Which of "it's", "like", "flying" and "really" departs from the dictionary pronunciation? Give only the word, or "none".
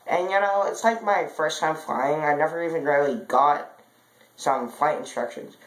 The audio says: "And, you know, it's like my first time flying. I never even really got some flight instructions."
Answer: none